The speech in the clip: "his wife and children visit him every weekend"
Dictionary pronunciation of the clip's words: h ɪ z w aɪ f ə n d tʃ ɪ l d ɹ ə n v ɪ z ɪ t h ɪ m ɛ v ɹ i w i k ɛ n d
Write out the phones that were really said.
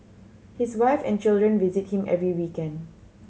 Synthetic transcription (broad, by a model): h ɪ s w aɪ f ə n tʃ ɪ l d ɹ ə n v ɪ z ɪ t h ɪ m ɛ v ɹ i w i k ɛ n d